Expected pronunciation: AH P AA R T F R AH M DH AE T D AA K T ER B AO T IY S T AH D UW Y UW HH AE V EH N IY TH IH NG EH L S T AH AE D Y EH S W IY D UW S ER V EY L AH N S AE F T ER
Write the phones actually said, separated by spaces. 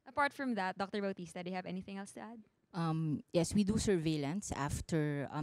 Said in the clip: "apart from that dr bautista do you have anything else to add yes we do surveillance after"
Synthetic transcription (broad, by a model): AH P AA R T F R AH M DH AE T D AA K T ER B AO T IY S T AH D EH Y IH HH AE V EH N IY TH IH NG EH L S T AH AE D Y EH S W IY D UW S ER V EY L AH N S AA F T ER